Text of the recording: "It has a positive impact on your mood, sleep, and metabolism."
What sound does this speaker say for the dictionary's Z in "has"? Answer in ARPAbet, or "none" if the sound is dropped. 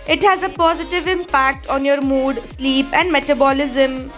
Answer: Z